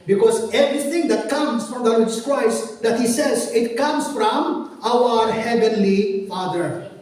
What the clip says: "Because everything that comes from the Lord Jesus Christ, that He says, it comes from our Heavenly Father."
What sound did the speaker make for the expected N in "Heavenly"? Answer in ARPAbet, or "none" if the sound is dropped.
N